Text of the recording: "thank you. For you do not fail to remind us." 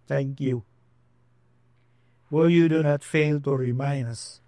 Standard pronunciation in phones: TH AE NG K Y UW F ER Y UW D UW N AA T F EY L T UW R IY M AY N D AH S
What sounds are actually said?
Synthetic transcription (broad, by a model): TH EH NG K Y UW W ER Y UW D UW N AA T F EY L T UW R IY M AY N AH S